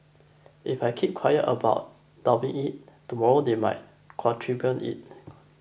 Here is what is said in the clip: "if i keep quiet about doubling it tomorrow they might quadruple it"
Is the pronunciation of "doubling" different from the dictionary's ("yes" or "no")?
yes